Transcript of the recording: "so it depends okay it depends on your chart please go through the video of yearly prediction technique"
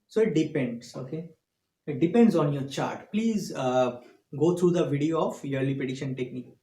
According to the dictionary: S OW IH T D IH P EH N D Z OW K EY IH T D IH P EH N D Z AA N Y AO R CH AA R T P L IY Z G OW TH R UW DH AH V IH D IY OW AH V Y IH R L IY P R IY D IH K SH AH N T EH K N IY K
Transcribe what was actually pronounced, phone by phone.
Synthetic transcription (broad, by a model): S OW IH T D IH P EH N D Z OW K EY IH T D IH P EH N D Z AA N Y AO R CH AA R T P L IY Z G OW T R UW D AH V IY D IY OW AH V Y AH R L IY P IY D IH SH AH N T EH K N IY K